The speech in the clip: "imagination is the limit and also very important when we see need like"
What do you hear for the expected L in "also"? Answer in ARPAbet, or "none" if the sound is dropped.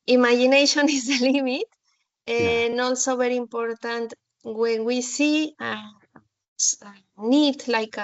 L